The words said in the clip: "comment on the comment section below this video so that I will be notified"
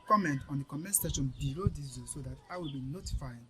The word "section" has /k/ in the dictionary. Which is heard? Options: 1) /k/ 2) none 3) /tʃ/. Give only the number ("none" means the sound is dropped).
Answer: 2